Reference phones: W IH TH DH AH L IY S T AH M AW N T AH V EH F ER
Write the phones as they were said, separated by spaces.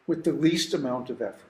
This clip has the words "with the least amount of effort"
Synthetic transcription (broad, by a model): W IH DH AH L IY S T AH M AW N T AH V EH F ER